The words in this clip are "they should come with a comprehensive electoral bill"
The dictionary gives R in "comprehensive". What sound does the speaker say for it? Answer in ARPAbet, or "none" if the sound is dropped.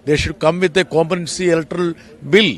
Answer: none